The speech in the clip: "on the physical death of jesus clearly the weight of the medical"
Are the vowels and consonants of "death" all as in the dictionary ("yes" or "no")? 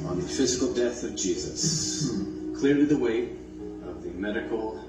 yes